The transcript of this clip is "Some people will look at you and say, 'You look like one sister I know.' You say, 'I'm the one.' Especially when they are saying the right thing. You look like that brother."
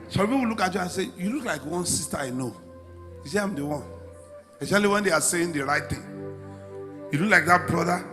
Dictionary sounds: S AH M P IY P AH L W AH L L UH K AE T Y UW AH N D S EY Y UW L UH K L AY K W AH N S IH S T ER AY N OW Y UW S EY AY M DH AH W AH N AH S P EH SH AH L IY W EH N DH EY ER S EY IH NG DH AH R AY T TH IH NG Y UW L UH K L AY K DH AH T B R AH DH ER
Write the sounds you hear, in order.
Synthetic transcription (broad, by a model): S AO P IY P AH L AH K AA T Y UW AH N S EY Y UW L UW K L AY K W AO N S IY S T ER AY N OW Y UW S EY AY M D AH W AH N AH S EH AH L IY W EH N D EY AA S EY IH NG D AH R AY T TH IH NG Y UW L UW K L AY K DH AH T B R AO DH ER